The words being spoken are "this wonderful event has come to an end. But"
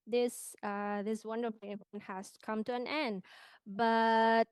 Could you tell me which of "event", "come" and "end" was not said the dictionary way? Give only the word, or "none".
event